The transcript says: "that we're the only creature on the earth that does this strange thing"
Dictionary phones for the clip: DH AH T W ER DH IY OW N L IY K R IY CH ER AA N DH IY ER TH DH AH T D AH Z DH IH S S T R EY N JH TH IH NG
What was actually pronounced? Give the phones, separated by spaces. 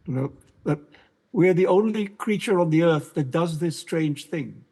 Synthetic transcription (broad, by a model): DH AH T W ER DH IY OW N L IY K R IY CH ER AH N DH IY ER TH DH AH T D AH Z DH IH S S T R EY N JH TH IH NG